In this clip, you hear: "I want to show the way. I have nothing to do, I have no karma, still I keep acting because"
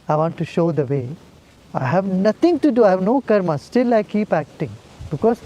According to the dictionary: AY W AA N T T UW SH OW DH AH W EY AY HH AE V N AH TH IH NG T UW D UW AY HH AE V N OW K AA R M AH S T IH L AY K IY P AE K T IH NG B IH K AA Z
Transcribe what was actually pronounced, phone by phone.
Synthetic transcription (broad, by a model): AY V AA N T T UW SH OW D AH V EY AY HH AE V N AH T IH NG T UW D UW AY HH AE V N OW K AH R M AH S T IH L AY K IY P AE K T IH NG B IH K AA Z